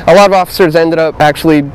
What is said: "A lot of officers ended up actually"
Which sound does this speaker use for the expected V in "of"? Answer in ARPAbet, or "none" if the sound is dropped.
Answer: V